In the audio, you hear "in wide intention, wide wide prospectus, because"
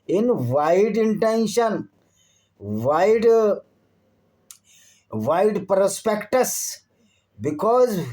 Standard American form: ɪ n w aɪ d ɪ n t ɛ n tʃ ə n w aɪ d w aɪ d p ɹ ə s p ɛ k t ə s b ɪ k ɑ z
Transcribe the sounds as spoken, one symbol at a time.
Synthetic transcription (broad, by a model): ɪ n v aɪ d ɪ n t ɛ n ʃ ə n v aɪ d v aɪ d p ɹ ə s p ɛ k t ə s b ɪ k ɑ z